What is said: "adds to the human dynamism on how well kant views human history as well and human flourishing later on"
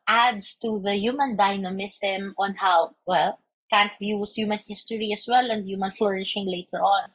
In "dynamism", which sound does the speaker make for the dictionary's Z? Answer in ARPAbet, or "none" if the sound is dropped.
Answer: S